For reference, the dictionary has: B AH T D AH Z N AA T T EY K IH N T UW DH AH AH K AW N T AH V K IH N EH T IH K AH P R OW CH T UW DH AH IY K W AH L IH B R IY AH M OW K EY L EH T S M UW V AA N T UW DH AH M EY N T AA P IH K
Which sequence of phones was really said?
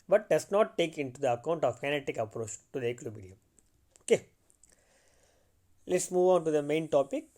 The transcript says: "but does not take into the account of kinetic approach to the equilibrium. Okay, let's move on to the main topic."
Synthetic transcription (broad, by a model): B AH T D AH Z N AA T T EY K IH N T UW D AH AH K AW N T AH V K IH N EH T IH K AH P R OW CH T UW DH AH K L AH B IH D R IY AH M OW K EY L EH T S M UW V AA N T UW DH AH M EY N T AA P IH K